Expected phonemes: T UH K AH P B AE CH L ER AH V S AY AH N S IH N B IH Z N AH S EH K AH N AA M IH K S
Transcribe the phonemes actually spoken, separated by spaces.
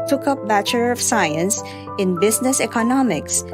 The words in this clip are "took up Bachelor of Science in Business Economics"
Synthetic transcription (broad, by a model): T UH K AH P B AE CH ER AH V S AY AH N S IH N B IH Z N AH S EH K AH N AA M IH K S